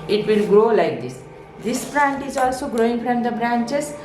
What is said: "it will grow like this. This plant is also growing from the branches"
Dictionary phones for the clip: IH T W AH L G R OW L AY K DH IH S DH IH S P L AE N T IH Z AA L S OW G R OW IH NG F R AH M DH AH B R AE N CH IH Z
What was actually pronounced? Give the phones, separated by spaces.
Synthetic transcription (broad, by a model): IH T W AH L G R OW L AY K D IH S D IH S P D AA N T IH Z AA L S OW G R OW IH NG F R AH M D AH B R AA N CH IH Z